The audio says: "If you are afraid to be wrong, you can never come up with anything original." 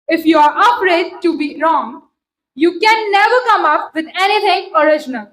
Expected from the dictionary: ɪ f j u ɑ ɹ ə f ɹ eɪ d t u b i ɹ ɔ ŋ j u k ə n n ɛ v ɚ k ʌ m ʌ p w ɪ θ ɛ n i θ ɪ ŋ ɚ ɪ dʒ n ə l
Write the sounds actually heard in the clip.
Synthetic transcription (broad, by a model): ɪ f j u ɑ ɹ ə p ɹ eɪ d t u b i ɹ ɔ ŋ j u k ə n n ɛ v ɚ k ʌ m ʌ p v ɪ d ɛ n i t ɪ ŋ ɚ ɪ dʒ n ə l